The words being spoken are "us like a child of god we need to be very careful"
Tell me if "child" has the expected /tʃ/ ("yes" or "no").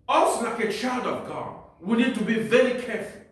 yes